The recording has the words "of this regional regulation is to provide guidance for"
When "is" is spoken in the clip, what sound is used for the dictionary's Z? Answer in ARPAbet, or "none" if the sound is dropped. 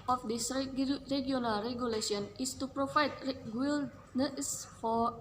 S